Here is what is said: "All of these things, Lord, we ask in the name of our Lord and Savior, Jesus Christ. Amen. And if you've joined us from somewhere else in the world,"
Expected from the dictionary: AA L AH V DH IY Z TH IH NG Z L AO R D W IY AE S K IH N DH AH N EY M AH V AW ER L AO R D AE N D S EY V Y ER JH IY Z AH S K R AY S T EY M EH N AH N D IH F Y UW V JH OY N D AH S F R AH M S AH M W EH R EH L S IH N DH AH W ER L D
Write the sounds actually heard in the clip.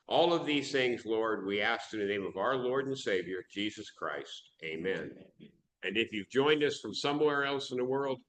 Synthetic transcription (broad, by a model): AA L AH V DH IY Z TH IH NG Z L AO R D W IY AE S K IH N DH AH N EY M AH V AW ER L AO R D N S EY V Y ER JH IY Z AH S K R AY S T EY M EH N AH N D IH F Y UW V JH OY N D AH S F R AH M S AH M W EH R EH L S IH N DH AH W ER L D